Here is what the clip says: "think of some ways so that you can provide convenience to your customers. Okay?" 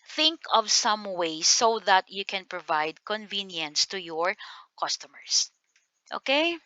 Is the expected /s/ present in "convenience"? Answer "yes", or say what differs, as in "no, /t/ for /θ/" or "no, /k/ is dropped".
yes